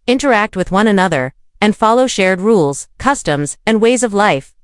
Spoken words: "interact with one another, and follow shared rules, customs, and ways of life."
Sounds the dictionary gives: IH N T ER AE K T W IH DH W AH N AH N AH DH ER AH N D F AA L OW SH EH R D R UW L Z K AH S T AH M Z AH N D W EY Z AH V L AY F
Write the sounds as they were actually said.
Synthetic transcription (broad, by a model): IH N T ER AE K T W IH DH W AH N AH N AH DH ER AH N F AA L OW SH EH R D R UW L Z K AH S T AH M Z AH N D W EY Z AH V L AY F